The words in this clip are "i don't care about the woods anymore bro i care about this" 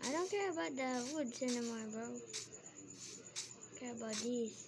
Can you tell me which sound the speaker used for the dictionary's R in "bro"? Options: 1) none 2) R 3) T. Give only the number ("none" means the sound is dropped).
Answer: 1